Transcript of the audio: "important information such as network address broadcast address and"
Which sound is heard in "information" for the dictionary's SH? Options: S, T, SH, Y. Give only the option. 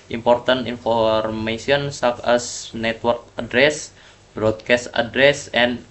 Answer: S